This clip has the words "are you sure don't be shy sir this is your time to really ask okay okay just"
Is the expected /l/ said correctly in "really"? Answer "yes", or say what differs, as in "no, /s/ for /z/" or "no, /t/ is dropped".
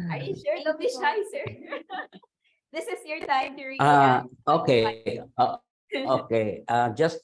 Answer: no, /l/ is dropped